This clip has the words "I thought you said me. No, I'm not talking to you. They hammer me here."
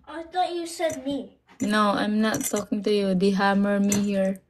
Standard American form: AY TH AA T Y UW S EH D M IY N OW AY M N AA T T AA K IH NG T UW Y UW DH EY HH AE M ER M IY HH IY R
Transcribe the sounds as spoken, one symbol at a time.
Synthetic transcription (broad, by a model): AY T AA Y UW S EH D M IY N OW AY M N AA T T AA K IH NG T UW Y UW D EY HH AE M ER M IY HH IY R